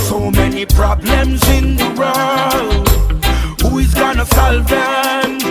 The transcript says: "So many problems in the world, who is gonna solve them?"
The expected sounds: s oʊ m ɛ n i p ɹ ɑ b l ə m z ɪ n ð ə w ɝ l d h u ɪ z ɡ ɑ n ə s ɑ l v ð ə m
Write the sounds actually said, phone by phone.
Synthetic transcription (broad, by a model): s oʊ m ɛ n i p ɹ ɑ b l ə m z ɪ n ð ə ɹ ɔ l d h u ɪ z ɡ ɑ n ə s ɑ l v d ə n